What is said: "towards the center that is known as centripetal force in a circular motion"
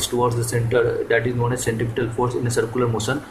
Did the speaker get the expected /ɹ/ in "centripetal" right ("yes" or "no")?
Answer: no